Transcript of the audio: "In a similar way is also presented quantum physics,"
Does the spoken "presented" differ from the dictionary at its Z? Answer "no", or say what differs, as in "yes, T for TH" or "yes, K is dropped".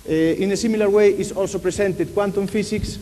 yes, S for Z